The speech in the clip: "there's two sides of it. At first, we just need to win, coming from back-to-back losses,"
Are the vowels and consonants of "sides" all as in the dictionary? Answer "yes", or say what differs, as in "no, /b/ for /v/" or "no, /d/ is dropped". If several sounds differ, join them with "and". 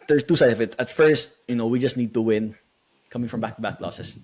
no, /z/ is dropped